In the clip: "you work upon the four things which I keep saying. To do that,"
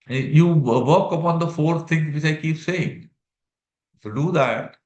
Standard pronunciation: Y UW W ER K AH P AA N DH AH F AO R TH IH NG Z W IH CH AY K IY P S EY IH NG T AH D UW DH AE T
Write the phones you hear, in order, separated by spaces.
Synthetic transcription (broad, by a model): Y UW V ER K AH P AA N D AH F AO R T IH NG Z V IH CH AY K IY P S EY IH NG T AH D UW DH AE T